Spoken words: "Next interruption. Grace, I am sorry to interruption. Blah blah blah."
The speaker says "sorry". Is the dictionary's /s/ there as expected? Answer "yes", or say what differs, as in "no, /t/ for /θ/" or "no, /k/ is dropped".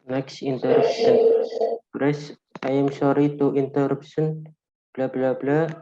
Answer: no, /ʃ/ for /s/